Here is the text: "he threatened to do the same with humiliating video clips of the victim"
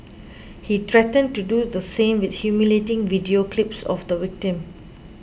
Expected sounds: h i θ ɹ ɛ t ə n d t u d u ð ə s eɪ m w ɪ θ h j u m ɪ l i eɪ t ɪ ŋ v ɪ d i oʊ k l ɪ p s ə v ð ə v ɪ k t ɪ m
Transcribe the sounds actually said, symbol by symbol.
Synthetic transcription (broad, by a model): h i t ɹ ɛ t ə n t u d u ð ə s eɪ m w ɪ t h j u m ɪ l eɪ t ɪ ŋ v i d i oʊ k l ɪ p s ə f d ə w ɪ k t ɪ m